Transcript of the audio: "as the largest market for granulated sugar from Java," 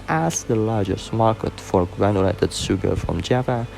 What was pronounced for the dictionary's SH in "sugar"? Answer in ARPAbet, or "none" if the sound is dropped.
S